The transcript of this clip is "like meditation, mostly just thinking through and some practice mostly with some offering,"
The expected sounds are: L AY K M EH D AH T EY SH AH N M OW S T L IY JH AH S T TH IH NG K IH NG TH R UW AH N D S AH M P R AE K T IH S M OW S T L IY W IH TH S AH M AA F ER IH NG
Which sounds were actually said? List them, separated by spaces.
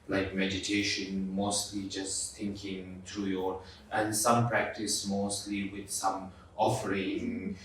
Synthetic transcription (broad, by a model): L AY K M EH D AH T EY SH AH N M OW S T L IY JH AH S T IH NG K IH NG T R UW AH N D S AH M P R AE K T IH S M OW S T L IY W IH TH S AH M AA F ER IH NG